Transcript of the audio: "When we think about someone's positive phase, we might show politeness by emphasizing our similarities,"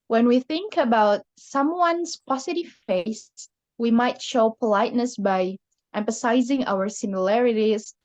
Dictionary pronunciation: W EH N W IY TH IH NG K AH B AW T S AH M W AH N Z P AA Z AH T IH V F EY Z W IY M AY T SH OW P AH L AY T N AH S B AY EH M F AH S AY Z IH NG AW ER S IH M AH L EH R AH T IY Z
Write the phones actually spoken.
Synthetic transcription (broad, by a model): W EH N W IY TH IH NG K AH B AW T S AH M W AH N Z P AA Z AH T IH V F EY S W IY M AY T SH OW P AH L AY T N AH S B AY EH M F AH S AY Z IH NG AW ER S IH M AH L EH R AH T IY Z